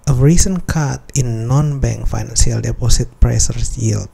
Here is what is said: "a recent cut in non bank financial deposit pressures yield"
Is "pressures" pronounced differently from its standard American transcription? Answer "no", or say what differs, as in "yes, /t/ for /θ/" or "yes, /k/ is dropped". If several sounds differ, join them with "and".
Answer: yes, /s/ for /ʃ/ and /s/ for /z/